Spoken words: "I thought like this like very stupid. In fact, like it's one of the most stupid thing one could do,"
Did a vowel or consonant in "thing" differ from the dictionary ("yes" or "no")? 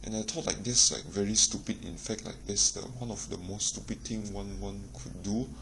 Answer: yes